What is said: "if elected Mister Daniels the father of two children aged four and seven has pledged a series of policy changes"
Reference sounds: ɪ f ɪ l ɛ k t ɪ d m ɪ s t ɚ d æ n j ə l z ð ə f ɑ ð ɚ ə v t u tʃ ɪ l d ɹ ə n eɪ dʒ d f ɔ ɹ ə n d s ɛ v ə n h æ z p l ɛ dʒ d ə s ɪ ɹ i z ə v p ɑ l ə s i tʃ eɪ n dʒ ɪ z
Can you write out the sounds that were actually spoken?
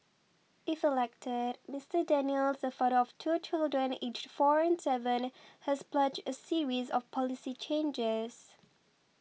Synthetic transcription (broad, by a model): ɪ f ɪ l ɛ k t ɪ d m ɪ s t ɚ d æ n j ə l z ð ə f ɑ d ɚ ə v t u tʃ ɪ l d ɹ ə n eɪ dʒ f ɔ ɹ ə n s ɛ v ə n h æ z p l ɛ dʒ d ə s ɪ ɹ i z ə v p ɑ l ə s i tʃ eɪ n dʒ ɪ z